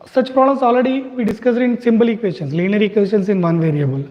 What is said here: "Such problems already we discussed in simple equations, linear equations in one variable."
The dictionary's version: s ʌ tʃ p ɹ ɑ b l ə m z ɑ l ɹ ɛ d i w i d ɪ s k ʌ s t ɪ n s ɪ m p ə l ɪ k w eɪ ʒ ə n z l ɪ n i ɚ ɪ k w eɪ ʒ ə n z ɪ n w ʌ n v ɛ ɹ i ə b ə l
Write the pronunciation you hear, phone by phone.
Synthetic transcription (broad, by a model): s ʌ tʃ p ɹ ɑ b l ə m s ɑ l ɹ ɛ d i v i d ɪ s k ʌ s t ɪ n s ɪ m b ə l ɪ k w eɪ ʃ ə n s l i n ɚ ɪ k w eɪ ʃ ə n s ɪ n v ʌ n v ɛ ɹ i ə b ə l